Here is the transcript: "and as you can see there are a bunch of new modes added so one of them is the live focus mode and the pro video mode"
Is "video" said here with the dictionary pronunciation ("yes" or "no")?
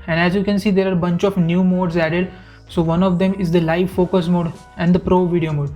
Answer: yes